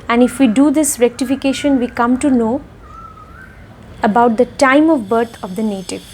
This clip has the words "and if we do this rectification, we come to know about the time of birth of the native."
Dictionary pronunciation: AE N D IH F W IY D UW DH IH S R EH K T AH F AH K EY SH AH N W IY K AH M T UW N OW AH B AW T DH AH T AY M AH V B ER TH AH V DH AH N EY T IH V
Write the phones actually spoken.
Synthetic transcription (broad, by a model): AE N D IH F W IY D UW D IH S R EH K T AH F AH K EY SH AH N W IY K AH M T UW N OW AH B AW T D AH T AY M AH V B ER T AH V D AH N EY T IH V